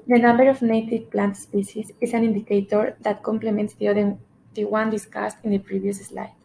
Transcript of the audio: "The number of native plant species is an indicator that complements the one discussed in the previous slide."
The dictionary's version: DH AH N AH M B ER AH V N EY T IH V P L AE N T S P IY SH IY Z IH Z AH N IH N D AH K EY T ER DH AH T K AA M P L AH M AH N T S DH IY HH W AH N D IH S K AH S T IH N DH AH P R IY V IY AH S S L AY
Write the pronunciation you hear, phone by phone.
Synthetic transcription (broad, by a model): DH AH N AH M B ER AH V N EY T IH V P L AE N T S P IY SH IY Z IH S AH N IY N D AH K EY T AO DH AH T K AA M P L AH M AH N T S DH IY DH W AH N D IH S K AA S T IH N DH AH P R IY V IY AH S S L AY